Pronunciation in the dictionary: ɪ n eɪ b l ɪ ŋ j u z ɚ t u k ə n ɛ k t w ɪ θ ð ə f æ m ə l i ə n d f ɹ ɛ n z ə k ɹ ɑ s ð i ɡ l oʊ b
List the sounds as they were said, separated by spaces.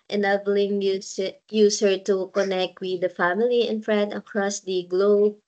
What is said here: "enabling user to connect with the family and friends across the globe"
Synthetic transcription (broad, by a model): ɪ n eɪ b l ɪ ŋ j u s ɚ t u k ə n ɛ k t w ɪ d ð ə f æ m ə l i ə n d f ɹ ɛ n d ə k ɹ ɑ s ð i ɡ l oʊ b